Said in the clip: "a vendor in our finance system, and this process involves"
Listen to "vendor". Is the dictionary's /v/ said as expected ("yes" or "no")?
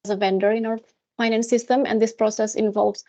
yes